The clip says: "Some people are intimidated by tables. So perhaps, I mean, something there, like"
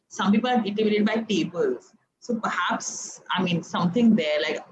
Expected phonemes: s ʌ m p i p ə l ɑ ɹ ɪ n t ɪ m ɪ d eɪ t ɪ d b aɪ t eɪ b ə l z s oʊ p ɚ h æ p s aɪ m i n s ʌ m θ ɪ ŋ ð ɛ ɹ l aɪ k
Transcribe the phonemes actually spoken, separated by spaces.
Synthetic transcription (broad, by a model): s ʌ m p i p ə l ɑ ɹ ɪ t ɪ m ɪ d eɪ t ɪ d b aɪ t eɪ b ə l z s oʊ p ɚ h æ p s aɪ m i n s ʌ m t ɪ ŋ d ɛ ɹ l aɪ k